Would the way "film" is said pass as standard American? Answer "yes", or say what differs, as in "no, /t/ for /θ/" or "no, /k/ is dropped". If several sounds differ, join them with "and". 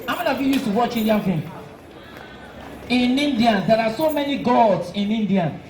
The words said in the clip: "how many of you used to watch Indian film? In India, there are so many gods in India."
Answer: no, /l/ is dropped